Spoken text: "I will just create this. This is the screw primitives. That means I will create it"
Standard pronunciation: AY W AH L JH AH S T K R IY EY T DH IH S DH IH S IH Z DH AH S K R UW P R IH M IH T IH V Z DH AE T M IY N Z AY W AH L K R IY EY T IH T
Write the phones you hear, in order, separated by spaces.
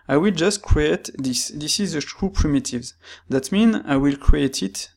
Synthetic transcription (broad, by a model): AY W AH L JH AH S T K R IY EY T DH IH S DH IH S IH Z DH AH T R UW P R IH M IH T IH V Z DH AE T M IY N AY W AH L K R IY EY T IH T